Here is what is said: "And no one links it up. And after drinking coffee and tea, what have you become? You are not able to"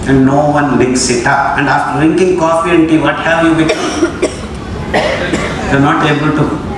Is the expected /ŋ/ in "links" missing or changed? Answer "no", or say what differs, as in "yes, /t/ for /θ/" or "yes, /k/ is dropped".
yes, /ŋ/ is dropped